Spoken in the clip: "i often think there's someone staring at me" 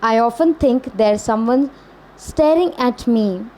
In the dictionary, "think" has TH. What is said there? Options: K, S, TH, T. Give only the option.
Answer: T